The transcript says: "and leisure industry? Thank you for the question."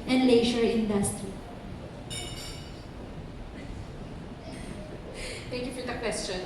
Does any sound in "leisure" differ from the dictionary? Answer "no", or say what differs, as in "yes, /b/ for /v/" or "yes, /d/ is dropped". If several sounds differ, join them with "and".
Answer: yes, /ʃ/ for /ʒ/